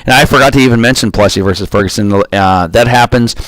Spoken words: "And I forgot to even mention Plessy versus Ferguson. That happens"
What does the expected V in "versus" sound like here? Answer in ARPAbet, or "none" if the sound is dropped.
V